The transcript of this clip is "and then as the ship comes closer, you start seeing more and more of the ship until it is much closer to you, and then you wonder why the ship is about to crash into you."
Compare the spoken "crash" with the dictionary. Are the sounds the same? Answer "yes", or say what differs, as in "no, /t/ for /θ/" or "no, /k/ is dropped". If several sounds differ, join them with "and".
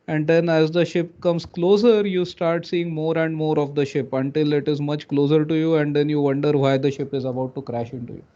yes